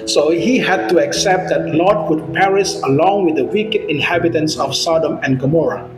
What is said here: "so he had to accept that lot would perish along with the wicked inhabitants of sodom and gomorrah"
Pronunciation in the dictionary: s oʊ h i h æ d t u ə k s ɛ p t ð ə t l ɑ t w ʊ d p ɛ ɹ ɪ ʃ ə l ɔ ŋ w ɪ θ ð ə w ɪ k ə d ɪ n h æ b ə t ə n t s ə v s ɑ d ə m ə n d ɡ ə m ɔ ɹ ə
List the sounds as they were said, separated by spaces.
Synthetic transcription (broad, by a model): s oʊ h i h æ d t u ə k s ɛ p t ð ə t l ɑ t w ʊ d p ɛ ɹ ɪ s ə l ɔ ŋ w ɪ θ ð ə w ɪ k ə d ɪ n h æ b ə t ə n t s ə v s ɑ d ə m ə n ɡ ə m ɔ ɹ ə